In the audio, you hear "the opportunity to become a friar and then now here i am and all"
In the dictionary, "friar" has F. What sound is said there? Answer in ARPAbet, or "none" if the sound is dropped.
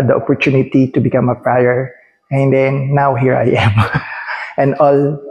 P